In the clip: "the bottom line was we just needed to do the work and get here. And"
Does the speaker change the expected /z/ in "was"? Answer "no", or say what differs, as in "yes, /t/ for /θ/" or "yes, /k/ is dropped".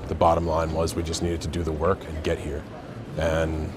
no